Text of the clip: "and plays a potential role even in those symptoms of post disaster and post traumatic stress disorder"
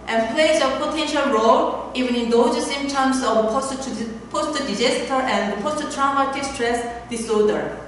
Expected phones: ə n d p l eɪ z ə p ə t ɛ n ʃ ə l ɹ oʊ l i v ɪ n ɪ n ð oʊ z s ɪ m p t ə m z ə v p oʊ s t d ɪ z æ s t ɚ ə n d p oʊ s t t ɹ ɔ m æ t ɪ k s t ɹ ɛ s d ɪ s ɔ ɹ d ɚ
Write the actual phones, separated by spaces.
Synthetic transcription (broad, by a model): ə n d p l eɪ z ə p ə t ɛ n ʃ ə l ɹ oʊ l i v ɪ n ɪ n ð oʊ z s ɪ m t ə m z ə v p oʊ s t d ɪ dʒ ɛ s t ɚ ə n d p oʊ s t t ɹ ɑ m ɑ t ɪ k s t ɹ ɛ s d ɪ s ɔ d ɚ